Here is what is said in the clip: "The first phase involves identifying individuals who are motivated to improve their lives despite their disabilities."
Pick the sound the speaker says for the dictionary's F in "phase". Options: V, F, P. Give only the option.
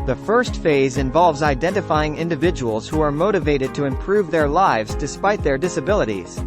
F